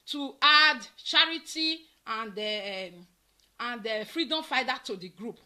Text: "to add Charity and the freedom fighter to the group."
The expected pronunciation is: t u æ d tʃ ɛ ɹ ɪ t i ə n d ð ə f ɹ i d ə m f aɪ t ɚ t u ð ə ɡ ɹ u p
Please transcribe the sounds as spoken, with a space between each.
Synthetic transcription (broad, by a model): t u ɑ d tʃ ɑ ɹ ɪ t i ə n d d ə f ɹ i d ə m f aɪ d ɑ t u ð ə ɡ ɹ u p